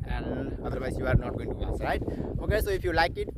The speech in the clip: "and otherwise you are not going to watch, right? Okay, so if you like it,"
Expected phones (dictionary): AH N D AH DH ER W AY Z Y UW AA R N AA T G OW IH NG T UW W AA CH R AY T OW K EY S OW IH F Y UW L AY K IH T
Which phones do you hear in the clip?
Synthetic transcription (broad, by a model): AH N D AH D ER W AY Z Y UW AA R N AA T G OW IH NG T UW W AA S R AY T OW K EY S OW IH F Y UW L AY K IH T